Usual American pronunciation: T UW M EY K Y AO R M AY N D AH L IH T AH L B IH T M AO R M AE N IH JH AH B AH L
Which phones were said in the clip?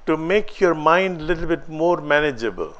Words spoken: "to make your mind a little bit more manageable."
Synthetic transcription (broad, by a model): T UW M EY K Y AO R M AY N D L IH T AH L B IH T M AO R M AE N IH JH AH B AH L